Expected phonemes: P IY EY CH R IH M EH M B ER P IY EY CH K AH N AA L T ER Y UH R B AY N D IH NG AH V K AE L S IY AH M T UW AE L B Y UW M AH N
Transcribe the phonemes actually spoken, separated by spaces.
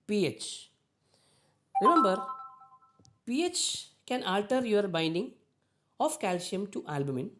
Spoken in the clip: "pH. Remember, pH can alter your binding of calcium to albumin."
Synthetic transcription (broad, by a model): P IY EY CH R IH M EH M B ER P IY EY CH K AH N AA L T ER Y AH R B AY N D IH NG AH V K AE L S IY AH M T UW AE L B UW M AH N